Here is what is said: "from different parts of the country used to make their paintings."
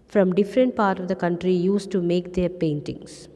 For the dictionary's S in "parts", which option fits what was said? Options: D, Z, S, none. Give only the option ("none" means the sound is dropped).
none